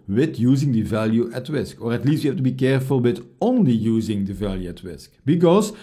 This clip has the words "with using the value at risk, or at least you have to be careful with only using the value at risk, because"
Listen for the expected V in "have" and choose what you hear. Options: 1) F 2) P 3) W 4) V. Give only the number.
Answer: 1